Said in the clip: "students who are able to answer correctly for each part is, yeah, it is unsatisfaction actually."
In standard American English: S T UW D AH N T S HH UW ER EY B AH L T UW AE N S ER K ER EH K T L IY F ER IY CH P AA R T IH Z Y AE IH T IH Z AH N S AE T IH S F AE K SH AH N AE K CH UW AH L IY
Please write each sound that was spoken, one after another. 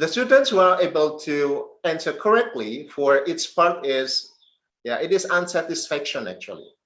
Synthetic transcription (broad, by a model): S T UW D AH N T S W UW ER EY B AH L T UW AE N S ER K ER EH K T L IY F ER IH S P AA R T IH Z Y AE IH T IH Z AH N S AE T IH S F AE K SH AH N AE K CH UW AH L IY